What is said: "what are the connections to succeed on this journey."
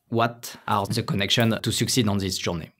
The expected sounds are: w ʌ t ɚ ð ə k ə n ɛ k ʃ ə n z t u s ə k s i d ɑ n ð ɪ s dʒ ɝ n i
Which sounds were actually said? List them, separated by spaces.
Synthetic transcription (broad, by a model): w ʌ t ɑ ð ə k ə n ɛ k ʃ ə n t u s ə k s i d ɑ n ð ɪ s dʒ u n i